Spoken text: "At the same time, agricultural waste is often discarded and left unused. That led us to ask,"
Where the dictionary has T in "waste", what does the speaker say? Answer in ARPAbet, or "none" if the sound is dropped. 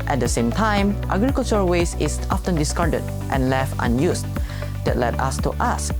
none